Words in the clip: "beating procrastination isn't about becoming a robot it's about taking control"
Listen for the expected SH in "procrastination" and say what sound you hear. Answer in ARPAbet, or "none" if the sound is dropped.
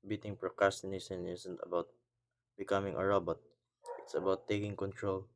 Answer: S